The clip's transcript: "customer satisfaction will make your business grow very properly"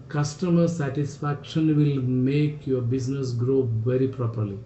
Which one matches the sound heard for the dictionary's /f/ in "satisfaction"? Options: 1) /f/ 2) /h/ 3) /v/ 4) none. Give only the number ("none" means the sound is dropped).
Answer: 1